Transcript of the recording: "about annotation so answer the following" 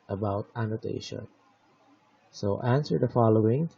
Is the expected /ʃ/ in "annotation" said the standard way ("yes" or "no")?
yes